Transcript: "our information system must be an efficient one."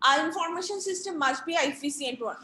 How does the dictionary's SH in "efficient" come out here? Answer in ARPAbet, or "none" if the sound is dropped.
S